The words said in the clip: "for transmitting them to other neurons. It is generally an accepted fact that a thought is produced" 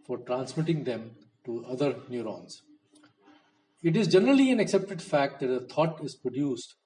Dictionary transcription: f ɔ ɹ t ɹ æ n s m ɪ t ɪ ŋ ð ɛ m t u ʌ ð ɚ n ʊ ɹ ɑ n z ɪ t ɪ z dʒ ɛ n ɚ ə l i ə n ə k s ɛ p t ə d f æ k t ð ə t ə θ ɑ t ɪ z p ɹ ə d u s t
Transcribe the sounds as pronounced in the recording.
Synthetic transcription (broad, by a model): f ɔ ɹ t ɹ æ n s m ɪ t ɪ ŋ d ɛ m t u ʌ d ɚ n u ɹ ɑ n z ɪ t ɪ z dʒ ɛ n ɚ ə l i ə n ə k s ɛ p t ə d f æ k t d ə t ə t ɑ t ɪ z p ɹ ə d u s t